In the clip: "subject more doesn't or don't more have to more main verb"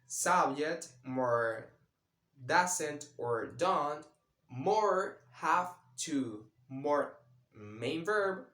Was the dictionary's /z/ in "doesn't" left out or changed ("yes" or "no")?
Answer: yes